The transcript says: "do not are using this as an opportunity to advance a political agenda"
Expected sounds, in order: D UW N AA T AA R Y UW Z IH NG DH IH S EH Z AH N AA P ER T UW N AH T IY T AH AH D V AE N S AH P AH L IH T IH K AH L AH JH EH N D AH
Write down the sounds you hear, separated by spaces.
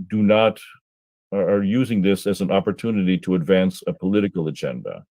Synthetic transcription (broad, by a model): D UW N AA T R Y UW Z IH NG DH IH S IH Z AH N AA P ER T UW N AH T IY T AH AH D V AE N S AH P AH L IH T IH K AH L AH JH EH N D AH